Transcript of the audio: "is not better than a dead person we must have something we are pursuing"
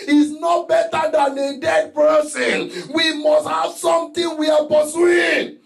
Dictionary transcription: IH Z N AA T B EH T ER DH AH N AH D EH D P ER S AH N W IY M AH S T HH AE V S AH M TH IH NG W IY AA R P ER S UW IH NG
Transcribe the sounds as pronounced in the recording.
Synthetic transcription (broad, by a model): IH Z N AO B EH T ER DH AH N AH D EH D P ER S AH N W IY M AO S T HH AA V S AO M T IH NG W IY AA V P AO S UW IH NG